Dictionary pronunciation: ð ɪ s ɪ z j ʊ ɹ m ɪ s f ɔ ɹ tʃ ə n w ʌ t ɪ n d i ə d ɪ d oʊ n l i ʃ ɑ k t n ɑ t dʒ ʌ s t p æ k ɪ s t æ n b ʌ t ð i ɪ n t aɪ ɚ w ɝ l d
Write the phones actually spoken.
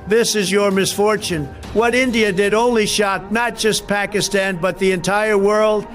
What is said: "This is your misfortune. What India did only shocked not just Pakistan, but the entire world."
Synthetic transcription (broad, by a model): ð ɪ s ɪ z j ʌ ɹ m ɪ s f ɔ ɹ tʃ ə n w ʌ t ɪ n d i ə d ɪ d oʊ n l i ʃ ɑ t n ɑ t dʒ ʌ s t p æ k ɪ s t æ n b ʌ t ð i ɪ n t aɪ ɚ w ɝ l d